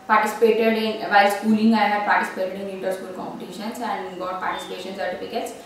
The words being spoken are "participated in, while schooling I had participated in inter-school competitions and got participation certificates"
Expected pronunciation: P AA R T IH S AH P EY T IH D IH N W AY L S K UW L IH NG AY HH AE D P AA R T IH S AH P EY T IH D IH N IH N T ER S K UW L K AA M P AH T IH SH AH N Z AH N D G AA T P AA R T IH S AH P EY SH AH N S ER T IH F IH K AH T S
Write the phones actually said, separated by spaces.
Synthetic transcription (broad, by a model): P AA R T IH S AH P EY T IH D IH N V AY S K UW L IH NG AY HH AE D P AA R T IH S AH P EY T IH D IH N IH T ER S K UW L K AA M P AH T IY SH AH N S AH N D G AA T P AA R T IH S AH P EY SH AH N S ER T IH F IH K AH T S